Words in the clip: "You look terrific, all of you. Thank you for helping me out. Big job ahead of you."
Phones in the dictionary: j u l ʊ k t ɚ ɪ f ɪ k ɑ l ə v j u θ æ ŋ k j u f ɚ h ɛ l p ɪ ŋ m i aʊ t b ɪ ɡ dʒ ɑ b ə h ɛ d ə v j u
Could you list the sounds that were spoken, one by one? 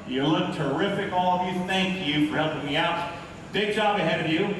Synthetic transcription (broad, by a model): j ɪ l ʊ k t ɚ ɪ f ɪ k ɑ l ə v j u θ æ ŋ k j u f ɚ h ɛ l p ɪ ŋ m i aʊ t b ɪ ɡ dʒ ɑ b ə h ɛ d ə v j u